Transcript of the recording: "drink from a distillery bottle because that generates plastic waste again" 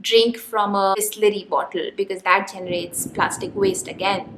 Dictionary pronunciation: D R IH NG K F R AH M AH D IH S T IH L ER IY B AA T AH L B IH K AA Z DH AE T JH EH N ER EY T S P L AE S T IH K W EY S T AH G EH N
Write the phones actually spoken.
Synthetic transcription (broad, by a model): D R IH NG K F R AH M AH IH S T L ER IY B AA T AH L B IH K AA Z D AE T JH EH N ER EY T S P L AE S T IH K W EY S T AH G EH N